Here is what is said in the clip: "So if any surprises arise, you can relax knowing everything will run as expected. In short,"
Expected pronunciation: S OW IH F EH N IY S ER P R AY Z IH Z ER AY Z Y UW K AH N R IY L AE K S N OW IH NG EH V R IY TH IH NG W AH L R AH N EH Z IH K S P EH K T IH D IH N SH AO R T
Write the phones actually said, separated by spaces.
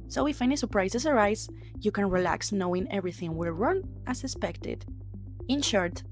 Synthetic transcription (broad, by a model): S OW IH F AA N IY S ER P R AY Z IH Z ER AY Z Y UW K AH N R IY L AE K S N OW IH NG EH V R IY TH IH NG W AH L R AH N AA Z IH S P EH K T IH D IH N SH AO R T